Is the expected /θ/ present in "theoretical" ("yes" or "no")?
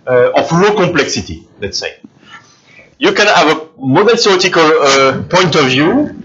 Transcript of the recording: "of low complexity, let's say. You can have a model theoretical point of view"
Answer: no